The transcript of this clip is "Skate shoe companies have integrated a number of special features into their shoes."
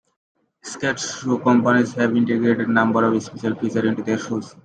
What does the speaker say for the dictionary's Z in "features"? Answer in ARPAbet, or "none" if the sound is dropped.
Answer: none